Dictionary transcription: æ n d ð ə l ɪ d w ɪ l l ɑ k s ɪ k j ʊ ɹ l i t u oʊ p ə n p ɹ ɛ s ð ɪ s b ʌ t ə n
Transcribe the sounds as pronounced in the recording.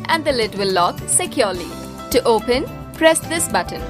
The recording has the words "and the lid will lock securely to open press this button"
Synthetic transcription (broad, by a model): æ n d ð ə l ɪ d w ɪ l l ɑ k s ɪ k j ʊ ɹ l i t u oʊ p ə n p ɹ ɛ s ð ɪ s b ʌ t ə n